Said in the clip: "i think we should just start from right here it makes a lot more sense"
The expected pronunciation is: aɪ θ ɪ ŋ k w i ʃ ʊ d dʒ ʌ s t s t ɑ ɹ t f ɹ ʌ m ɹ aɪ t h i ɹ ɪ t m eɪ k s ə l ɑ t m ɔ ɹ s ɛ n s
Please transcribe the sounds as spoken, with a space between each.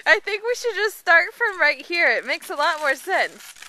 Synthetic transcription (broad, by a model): aɪ θ ɪ ŋ k w i ʃ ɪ d dʒ ʌ s t s t ɑ ɹ t f ɹ ʌ m ɹ aɪ t h i ɹ ɪ t m eɪ k s ə l ɑ t m ɔ ɹ s ɛ n s